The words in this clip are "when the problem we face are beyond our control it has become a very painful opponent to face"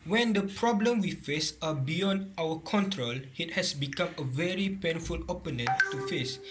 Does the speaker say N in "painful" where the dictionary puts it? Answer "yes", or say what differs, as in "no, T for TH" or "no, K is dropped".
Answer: yes